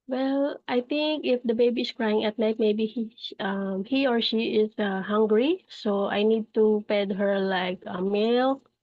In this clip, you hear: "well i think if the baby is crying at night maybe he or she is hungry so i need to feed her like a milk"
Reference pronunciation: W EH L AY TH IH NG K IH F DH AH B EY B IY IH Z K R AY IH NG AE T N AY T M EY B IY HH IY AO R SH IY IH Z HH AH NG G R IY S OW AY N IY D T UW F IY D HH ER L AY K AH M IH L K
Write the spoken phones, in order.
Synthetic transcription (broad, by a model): W EH L AY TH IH NG K IH F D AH B EY B IY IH S K R AY IH NG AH T N AY T M EY B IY HH IY AO R SH IY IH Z HH AH NG G R IY S OW AY N IY D T UW P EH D HH ER L AY K AH M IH L